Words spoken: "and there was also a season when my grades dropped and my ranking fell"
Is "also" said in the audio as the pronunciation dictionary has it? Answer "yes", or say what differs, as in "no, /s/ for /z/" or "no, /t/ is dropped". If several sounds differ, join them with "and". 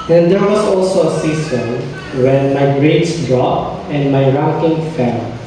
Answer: yes